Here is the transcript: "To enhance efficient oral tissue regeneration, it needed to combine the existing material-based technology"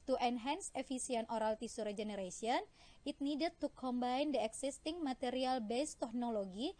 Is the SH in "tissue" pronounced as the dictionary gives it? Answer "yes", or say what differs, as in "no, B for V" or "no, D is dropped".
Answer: no, S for SH